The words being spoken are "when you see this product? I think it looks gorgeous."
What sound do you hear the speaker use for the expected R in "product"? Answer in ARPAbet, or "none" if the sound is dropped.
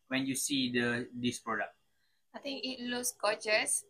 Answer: R